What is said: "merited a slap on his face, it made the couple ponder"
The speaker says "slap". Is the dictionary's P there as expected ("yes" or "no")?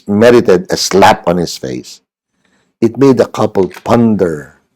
yes